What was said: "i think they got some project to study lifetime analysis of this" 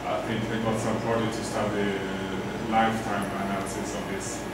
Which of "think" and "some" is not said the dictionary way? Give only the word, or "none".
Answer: think